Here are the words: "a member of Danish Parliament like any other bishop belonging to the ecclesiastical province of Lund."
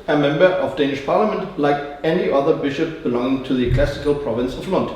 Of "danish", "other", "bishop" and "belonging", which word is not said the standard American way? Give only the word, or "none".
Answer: none